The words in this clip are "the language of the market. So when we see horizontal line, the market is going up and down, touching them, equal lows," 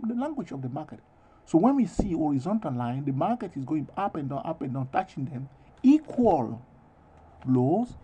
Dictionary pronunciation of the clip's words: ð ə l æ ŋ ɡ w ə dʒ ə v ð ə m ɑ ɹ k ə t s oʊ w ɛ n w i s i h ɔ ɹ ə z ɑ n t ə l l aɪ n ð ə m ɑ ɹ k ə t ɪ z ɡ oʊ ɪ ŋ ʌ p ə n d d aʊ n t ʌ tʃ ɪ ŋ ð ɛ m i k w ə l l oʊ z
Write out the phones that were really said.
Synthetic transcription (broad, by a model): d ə l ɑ ŋ ɡ w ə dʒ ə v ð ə m ɑ k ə t s oʊ w ɛ n w i s i h ɔ ɹ ə z ɑ n t ə l l aɪ n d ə m ɑ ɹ k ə t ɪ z ɡ oʊ ɪ ŋ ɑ p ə n d d aʊ n t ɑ tʃ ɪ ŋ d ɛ m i k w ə l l oʊ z